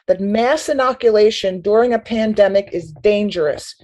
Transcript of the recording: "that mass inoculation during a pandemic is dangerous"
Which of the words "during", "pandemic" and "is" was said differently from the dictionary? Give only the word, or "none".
none